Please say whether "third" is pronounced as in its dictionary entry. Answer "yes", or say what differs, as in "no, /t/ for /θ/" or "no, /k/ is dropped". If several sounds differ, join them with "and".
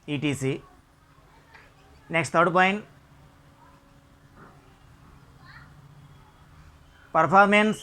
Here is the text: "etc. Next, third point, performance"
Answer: no, /t/ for /θ/